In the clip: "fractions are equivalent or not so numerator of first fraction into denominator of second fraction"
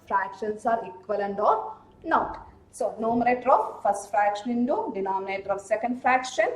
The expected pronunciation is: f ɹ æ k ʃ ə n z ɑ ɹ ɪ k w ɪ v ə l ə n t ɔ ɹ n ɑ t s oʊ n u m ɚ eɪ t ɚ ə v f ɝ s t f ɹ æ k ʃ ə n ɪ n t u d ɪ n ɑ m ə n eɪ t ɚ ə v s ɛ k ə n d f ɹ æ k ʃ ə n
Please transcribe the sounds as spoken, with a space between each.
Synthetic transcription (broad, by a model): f ɹ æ k ʃ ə n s ɑ ɹ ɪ k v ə l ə n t ɔ ɹ n ɑ t s oʊ n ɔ m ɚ eɪ t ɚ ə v f ɝ s t f ɹ æ k ʃ ə n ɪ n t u d ɪ n ɑ m ə n eɪ t ɚ ə v s ɛ k ə n d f ɹ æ k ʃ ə n